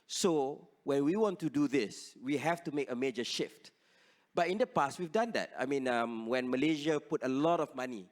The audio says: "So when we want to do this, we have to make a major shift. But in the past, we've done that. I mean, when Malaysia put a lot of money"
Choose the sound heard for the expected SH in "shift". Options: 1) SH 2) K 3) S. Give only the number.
1